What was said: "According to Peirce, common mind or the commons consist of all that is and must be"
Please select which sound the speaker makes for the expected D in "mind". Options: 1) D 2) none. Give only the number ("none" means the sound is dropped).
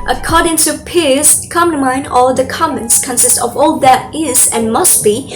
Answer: 2